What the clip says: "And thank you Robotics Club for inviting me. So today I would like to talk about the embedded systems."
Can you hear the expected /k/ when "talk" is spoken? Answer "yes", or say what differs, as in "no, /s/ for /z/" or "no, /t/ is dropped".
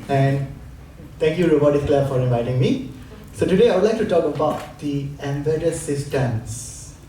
yes